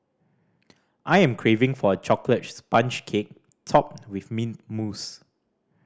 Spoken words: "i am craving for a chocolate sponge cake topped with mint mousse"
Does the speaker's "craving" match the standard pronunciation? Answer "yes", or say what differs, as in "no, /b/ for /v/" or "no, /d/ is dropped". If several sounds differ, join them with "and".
yes